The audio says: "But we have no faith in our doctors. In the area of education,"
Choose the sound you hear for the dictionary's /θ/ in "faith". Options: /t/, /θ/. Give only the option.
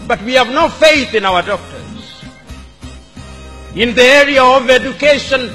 /θ/